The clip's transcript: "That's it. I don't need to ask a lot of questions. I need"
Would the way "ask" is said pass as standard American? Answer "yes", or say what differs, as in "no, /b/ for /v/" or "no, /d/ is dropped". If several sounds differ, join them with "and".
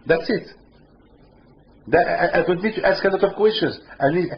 yes